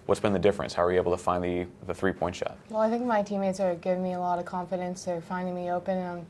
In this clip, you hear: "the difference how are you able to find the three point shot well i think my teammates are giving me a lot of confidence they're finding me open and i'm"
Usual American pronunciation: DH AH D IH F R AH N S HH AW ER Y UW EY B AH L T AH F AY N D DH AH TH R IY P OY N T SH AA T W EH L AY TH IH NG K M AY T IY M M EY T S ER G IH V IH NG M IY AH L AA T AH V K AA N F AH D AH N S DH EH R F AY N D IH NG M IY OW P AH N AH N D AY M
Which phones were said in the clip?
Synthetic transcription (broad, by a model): DH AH D IH F R AH N S HH AW ER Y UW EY B L T AH F AY N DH DH AH TH R IY P OY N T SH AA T W EH L AY TH IH NG K M AY T IY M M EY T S ER G IH V IH NG M IY AH L AA T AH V K AA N F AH D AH N S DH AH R F AY N D IH NG M IY OW P AH N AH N